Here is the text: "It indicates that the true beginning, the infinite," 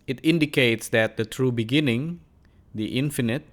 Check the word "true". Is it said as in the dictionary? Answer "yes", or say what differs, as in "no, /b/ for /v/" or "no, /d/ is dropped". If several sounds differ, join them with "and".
yes